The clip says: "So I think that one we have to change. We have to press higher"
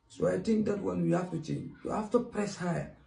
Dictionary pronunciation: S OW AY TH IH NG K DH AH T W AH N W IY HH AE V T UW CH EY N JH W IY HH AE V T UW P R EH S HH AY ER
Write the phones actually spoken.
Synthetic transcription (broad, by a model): S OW AY T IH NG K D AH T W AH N W IY HH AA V T UW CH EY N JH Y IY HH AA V T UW P R EH S HH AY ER